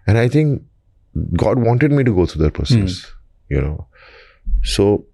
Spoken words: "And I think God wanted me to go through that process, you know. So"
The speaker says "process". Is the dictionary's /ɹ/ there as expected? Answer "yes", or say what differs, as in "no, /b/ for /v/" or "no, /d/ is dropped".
no, /ɹ/ is dropped